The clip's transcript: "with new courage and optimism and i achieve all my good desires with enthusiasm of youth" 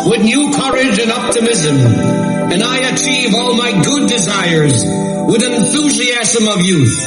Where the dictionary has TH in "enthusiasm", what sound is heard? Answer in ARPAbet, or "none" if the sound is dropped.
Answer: TH